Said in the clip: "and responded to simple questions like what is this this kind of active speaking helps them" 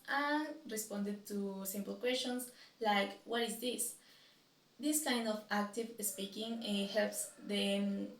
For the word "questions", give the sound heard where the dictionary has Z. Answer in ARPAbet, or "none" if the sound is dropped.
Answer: S